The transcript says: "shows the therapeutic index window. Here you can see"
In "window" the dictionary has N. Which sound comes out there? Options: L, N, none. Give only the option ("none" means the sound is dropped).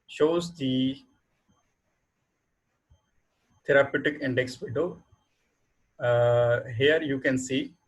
none